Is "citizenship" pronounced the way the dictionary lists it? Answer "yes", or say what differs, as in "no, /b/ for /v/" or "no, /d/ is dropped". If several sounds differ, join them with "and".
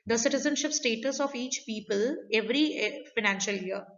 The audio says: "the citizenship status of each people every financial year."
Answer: yes